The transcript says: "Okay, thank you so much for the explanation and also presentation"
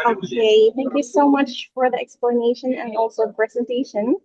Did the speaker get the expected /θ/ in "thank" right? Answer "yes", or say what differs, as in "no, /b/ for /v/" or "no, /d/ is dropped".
yes